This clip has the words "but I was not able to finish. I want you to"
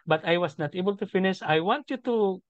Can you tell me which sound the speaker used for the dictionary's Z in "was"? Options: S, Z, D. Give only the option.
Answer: S